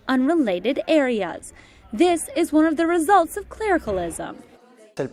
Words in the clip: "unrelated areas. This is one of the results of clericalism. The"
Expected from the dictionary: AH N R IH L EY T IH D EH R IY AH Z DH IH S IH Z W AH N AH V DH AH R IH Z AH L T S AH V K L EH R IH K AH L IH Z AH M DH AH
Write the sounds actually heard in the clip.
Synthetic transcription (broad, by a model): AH N R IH L EY T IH D EH R IY AH Z DH IH S IH Z W AH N AH V DH AH R IH Z AH L T S AH V K L EH R IH K AH L IH Z AH M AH